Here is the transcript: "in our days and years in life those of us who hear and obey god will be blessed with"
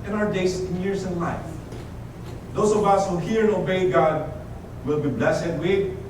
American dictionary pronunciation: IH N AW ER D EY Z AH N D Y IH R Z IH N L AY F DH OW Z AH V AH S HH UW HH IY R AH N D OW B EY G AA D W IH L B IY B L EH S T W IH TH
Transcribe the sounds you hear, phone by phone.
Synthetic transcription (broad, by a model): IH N AW ER D EY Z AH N Y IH R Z IH N L AY F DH OW S AH V AH S HH UW HH IY R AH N OW B EY G AA D W IH L B IY B L EH S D W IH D